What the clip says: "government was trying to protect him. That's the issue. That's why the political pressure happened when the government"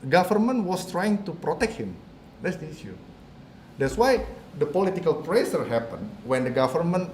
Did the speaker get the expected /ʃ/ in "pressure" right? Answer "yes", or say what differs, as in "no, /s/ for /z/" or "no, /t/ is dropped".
no, /s/ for /ʃ/